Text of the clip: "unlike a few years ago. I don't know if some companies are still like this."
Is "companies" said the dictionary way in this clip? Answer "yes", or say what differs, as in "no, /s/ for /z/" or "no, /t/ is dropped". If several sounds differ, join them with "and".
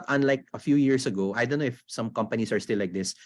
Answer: no, /s/ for /z/